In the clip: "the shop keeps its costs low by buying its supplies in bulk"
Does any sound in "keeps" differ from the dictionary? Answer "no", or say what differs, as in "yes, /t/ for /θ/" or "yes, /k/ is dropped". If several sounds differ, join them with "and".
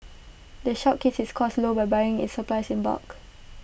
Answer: yes, /p/ is dropped